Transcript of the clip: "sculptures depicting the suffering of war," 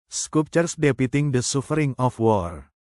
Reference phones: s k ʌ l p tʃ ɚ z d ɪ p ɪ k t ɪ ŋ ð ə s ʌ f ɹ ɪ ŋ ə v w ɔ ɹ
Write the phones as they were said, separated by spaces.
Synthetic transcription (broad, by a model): s k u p tʃ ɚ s d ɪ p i t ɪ ŋ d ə s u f ɹ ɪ ŋ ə f w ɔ ɹ